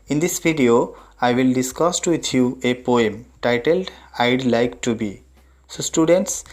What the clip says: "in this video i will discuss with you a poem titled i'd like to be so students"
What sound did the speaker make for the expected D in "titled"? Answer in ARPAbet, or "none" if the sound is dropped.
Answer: D